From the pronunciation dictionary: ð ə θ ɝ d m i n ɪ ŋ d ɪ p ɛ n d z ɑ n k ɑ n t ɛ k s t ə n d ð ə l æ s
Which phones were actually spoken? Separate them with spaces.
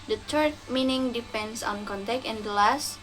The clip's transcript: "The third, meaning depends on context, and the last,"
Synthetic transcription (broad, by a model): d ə t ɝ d m i n ɪ ŋ d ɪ p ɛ n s ɑ n k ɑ n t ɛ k t ə n d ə l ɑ s